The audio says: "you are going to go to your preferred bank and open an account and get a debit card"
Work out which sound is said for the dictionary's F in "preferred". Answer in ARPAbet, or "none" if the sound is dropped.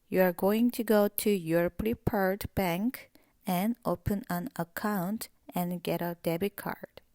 P